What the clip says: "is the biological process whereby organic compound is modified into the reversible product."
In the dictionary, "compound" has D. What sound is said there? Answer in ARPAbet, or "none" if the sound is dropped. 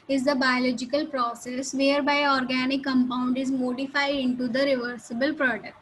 D